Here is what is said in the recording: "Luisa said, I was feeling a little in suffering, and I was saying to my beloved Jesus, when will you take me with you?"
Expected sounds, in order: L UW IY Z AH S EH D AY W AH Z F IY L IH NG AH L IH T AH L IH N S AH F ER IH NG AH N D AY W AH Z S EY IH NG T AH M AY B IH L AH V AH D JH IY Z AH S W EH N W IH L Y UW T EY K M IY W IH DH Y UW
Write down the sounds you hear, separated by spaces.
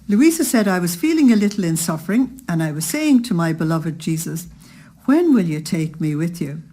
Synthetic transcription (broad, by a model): L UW IY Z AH S EH D AY W AH Z F IY L IH NG AH L IH T L IH N S AH F ER IH NG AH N AY W AH Z S EY IH NG T AH M AY B IH L AH V AH D JH IY Z AH S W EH N W IH L Y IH T EY K M IY W IH DH Y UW